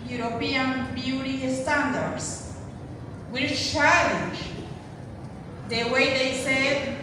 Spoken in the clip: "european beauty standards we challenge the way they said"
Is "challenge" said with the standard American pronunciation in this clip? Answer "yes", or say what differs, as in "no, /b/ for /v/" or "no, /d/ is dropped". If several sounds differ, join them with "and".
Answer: no, /ʃ/ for /tʃ/